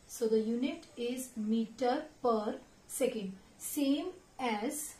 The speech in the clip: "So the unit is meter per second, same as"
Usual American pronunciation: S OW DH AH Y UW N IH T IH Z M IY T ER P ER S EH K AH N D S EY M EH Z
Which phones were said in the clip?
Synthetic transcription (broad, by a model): S OW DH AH Y UW N IH T IH Z M IY T ER P ER S EH K AH N D S EY M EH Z